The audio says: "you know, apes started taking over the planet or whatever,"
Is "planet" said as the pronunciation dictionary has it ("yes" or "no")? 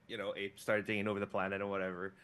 yes